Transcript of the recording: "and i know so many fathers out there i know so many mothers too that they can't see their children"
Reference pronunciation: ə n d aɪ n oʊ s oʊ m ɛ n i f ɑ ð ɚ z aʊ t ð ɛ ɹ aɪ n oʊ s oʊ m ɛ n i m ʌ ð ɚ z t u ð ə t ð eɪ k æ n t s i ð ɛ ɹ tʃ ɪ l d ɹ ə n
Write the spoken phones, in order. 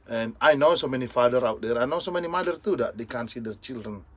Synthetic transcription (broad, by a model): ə n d aɪ n oʊ s oʊ m ɛ n i f ɑ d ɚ aʊ t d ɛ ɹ aɪ n oʊ s oʊ m ɛ n i m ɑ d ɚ t u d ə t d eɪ k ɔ n s i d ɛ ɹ tʃ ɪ l d ɹ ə n